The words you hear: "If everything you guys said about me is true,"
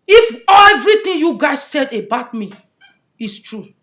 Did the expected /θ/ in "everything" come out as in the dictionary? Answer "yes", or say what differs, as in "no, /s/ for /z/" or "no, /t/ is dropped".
no, /t/ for /θ/